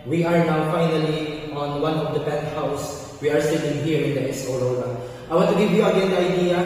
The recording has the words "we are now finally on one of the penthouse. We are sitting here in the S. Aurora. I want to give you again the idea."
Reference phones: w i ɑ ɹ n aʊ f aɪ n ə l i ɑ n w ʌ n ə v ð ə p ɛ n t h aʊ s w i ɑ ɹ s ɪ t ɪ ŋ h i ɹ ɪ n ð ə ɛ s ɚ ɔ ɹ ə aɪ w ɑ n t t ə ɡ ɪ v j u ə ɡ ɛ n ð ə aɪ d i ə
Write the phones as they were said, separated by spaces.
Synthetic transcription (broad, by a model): w i ɑ ɹ n aʊ f aɪ n ə l i ɑ n w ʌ n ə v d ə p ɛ t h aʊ s w i ɑ ɹ s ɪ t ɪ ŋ h i ɹ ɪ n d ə ɛ s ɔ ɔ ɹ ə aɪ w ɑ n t t ə ɡ ɪ v j u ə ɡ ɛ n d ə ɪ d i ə